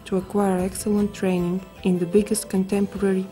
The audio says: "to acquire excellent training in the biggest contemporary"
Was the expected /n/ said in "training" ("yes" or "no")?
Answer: yes